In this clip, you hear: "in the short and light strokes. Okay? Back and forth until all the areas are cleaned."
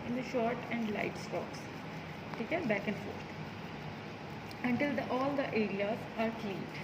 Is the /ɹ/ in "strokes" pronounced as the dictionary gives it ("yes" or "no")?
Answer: no